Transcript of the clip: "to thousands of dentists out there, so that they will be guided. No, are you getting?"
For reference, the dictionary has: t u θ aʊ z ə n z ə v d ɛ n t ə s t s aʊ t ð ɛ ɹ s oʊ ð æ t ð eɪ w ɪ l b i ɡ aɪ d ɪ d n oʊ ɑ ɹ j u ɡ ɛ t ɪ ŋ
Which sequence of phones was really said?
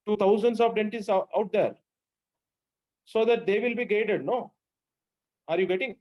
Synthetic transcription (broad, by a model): t u t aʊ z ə n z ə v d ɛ n t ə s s aʊ t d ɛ ɹ s oʊ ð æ t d eɪ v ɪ l b i ɡ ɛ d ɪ d n oʊ ɑ ɹ j u ɡ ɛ t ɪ ŋ